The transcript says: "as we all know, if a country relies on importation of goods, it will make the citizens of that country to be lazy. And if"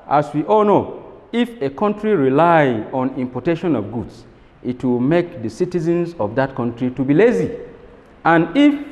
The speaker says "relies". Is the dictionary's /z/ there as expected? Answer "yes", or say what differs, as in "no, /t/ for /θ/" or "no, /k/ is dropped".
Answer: no, /z/ is dropped